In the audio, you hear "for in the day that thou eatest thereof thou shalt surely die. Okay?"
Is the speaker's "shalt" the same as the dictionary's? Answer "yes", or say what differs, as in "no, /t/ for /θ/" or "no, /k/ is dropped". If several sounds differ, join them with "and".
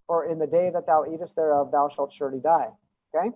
yes